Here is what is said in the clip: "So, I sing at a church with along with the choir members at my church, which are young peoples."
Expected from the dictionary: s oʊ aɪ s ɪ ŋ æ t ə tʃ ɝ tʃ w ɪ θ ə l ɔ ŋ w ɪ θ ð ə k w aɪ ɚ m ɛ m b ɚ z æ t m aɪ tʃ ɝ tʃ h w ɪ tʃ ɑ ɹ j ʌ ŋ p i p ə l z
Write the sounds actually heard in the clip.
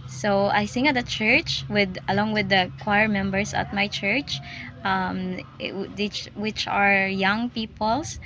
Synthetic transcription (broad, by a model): s oʊ aɪ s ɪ ŋ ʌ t ə tʃ ɝ tʃ w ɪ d ə l ɔ ŋ w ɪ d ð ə k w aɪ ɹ m ɛ m b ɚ s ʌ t m aɪ tʃ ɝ tʃ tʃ w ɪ tʃ ɑ ɹ j ʌ ŋ p i p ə l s